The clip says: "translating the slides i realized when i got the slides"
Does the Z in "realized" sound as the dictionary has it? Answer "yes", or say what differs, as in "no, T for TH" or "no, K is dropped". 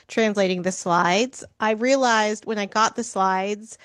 yes